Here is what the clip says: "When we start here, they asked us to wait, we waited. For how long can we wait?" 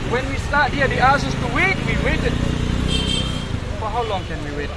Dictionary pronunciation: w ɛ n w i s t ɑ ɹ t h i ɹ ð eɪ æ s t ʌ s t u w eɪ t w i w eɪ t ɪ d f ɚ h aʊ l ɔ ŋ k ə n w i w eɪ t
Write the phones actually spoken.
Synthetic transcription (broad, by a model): w ɛ n w i s t ɑ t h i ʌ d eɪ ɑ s ʌ s t u w eɪ t w i w eɪ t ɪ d f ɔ h aʊ l ɔ ŋ k ə n w i w eɪ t